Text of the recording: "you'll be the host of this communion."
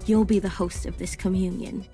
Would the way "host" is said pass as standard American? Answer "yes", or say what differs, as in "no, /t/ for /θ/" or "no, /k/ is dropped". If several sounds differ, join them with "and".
yes